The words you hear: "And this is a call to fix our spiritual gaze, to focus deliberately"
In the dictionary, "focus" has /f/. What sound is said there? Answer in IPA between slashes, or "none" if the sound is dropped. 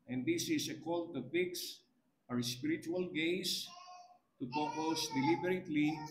/p/